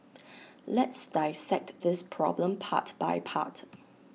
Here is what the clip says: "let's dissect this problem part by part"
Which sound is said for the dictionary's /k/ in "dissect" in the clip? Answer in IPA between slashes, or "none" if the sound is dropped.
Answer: /k/